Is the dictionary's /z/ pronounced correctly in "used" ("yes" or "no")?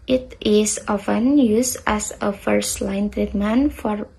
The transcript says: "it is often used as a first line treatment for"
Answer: no